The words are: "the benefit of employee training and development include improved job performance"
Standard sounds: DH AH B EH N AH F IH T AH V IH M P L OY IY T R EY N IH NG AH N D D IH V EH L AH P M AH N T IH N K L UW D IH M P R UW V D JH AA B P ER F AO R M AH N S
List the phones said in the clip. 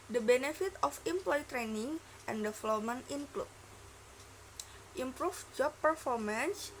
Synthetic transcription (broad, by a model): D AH B EH N AH F IH T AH F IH M P L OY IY T R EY N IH NG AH N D D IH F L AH M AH N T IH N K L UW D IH M P R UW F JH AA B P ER F AO R M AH N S